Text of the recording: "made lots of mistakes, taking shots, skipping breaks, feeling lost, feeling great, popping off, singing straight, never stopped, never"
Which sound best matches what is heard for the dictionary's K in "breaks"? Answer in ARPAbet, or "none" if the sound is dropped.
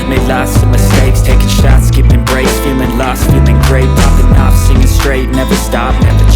none